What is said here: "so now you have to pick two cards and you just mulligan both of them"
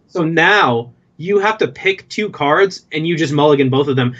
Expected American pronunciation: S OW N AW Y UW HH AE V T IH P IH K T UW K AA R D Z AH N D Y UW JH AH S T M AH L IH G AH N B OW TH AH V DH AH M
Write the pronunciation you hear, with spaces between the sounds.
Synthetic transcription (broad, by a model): S OW N AW Y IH HH AE F T IH P IH K T UW K AA R D Z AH N Y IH JH AH S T M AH L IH G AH N B OW TH AH V DH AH M